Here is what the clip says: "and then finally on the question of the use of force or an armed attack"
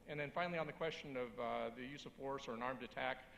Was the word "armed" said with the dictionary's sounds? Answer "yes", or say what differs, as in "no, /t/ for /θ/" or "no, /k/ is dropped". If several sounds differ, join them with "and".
yes